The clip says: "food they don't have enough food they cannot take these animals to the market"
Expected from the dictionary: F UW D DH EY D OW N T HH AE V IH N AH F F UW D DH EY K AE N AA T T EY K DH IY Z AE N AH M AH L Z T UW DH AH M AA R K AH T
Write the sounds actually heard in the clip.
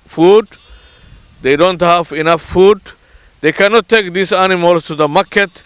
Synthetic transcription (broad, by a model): F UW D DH EY D OW N T HH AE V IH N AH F F UW D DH EY K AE N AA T T EY K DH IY S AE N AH M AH L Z T UW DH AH M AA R K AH T